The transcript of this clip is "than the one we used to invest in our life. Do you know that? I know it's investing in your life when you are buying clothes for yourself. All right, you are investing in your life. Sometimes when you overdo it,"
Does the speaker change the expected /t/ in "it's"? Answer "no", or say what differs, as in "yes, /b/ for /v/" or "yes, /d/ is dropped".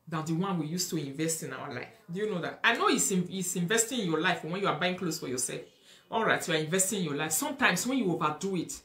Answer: yes, /s/ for /t/